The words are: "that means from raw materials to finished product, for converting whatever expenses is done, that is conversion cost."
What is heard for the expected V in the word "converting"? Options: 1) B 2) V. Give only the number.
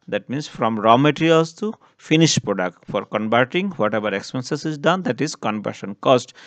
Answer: 1